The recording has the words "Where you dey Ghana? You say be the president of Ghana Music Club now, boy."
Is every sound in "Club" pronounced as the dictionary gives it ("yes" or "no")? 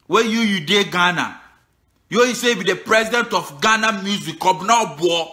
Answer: no